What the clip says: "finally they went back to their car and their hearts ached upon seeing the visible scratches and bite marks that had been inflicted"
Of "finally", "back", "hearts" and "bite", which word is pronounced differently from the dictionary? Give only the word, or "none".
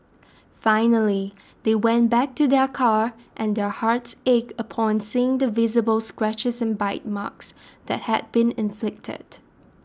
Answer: none